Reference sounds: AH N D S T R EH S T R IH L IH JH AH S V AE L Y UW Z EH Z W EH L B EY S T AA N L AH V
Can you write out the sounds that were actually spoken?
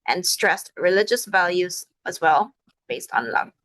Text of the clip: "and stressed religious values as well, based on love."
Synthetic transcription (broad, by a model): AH N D S T R EH S T R IH L IH JH AH S V AE L Y UW Z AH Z W EH L B EY S T N L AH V